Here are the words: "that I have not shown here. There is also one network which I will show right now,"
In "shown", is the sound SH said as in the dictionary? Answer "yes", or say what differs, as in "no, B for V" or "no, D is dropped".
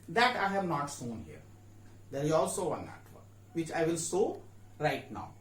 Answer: no, S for SH